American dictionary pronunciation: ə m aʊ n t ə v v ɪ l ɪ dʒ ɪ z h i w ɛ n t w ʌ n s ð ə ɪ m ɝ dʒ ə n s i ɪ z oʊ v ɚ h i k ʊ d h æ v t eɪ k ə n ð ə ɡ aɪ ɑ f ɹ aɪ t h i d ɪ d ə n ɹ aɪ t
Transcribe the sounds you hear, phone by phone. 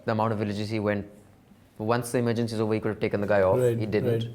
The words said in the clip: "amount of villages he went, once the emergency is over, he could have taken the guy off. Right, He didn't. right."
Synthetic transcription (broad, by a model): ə m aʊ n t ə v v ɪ l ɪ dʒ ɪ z h i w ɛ n t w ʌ n s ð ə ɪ m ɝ dʒ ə n s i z oʊ v ɚ h i k ʊ d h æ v t eɪ k ə n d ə ɡ aɪ ɑ f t h i d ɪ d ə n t